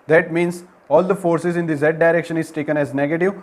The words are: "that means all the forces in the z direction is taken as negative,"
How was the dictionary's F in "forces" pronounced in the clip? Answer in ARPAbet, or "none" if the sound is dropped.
F